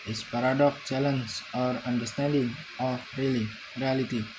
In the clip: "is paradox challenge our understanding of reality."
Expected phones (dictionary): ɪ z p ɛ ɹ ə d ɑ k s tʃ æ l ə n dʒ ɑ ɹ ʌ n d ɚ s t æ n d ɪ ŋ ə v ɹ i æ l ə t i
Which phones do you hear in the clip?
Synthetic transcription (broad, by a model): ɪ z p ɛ ɹ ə d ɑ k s tʃ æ l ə n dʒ ɑ ɹ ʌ n d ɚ s t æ n d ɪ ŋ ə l ɹ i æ l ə t i